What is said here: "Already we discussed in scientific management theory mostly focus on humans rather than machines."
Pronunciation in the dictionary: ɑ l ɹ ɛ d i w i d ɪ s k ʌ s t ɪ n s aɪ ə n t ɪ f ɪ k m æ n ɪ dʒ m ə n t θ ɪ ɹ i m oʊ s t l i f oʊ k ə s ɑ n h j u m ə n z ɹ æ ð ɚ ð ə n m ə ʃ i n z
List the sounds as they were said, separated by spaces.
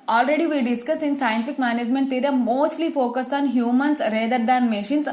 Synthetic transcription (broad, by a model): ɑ l ɹ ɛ d i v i d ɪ s k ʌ s ɪ n s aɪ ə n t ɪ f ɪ k m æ n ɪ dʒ m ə n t t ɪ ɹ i m oʊ s t l i f oʊ k ə s ɑ n h j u m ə n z ɹ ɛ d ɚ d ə n m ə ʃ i n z